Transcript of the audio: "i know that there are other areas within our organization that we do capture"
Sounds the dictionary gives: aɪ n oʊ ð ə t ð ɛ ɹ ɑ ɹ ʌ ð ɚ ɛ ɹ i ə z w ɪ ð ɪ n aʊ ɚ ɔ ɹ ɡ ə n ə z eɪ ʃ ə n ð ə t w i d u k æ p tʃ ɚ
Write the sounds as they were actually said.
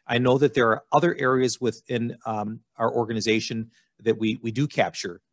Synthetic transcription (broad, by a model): aɪ n oʊ ð ə t ð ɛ ɹ ɑ ɹ ʌ ð ɚ ɛ ɹ i ə z w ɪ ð ɪ n aʊ ɚ ɔ ɹ ɡ ə n ə z eɪ ʃ ə n ð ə t w i d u k æ p tʃ ɚ